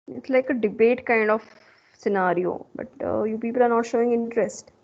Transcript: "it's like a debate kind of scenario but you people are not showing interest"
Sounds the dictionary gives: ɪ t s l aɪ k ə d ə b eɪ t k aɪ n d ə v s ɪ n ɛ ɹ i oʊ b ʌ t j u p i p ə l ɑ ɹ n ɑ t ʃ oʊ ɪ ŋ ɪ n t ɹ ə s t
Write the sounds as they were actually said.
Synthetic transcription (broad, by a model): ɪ t s l aɪ k ə d ə b eɪ t k aɪ n d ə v s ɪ n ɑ ɹ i oʊ b ʌ t j u p i p ə l ɑ ɹ n ɑ t ʃ oʊ ɪ ŋ ɪ n t ɹ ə s t